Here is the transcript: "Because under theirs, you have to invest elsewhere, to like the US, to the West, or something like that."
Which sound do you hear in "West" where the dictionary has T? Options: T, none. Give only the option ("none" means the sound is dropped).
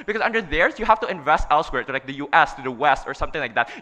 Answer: T